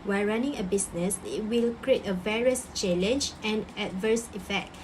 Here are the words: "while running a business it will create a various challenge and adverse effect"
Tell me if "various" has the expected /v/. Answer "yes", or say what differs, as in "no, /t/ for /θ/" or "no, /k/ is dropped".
yes